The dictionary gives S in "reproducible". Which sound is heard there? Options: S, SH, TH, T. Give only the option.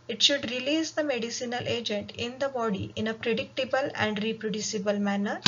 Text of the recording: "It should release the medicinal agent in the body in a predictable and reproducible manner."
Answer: S